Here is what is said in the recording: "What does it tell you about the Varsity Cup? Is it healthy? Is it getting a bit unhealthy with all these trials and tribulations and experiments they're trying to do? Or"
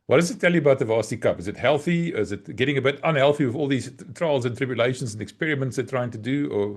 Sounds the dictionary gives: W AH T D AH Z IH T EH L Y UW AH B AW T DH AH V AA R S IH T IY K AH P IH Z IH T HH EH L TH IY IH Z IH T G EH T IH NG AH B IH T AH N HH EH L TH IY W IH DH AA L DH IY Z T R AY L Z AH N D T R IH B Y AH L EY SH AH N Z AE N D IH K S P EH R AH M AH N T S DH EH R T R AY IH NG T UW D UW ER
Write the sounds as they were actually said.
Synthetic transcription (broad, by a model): W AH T D AH Z IH T EH L Y UW AH B AW T DH AH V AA S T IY K AH P IH Z IH T HH EH L TH IY IH Z IH T G EH T IH NG AH B IH T AH N HH EH L TH IY W IH DH AA L DH IY Z T R AY L Z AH N T R IH B Y AH L EY SH AH N Z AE N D IH K S P EH R AH M AH N T S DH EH T R AY IH NG T UW D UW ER